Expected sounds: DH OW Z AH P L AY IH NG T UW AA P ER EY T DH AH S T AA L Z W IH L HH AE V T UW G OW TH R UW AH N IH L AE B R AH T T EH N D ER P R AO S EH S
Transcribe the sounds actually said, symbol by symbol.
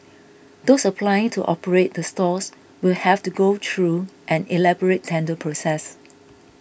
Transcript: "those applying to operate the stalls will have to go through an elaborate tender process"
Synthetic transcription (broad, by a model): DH OW S AH P L AY IH NG T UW AA P ER EY T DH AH S T AA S W IH L HH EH F T UW G OW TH R UW AH N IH L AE B R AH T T EH N D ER P R AO S EH S